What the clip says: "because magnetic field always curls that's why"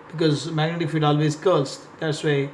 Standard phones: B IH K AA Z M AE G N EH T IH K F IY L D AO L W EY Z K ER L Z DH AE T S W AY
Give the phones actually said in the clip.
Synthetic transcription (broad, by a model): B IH K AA Z M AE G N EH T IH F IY D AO L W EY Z K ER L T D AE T S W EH